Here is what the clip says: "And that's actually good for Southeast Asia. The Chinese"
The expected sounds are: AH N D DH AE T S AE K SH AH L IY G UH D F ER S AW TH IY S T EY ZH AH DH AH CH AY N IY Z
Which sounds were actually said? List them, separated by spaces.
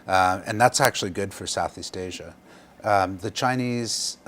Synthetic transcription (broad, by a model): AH N DH AE T S AE K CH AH L IY G UH D F ER S AW TH IY S T EY ZH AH DH AH CH AY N IY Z